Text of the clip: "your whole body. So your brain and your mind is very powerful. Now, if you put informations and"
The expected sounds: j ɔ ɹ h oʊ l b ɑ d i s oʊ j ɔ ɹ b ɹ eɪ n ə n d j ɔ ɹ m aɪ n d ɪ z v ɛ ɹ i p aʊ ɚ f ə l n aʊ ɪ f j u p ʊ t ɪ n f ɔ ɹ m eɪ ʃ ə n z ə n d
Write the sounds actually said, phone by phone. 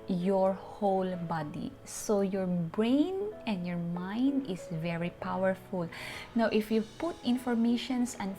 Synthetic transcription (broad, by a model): j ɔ ɹ h oʊ l b ɑ d i s oʊ j ɔ ɹ b ɹ eɪ n ə n d j ɔ ɹ m aɪ n d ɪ s v ɛ ɹ i p aʊ ɚ f ə l n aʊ ɪ f j u p ʊ t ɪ n f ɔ ɹ m eɪ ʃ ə n s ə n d